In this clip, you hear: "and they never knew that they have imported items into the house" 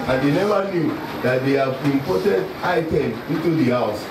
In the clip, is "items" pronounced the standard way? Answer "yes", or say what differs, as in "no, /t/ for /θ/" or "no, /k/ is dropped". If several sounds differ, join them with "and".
no, /z/ is dropped